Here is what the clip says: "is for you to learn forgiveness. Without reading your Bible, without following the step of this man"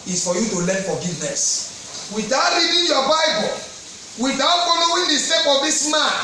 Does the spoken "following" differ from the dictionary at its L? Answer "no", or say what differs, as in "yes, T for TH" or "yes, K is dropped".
yes, N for L